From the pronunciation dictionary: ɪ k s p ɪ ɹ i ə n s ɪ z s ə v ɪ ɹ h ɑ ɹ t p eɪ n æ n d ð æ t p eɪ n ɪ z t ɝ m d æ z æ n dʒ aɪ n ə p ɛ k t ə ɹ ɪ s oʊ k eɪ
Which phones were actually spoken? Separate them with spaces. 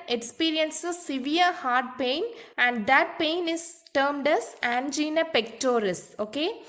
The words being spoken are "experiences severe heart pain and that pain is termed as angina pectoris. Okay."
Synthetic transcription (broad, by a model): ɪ k s p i ɹ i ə n s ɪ s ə v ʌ ɹ h ɑ ɹ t p eɪ n æ n d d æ t p eɪ n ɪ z t ɝ m d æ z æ n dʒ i n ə p ɛ k t ə ɹ ɪ s oʊ k eɪ